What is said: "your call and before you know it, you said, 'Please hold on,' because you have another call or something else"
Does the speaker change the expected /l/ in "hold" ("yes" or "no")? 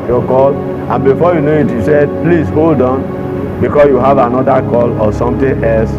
no